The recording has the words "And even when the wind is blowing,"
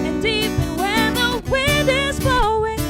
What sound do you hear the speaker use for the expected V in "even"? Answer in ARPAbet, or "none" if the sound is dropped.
P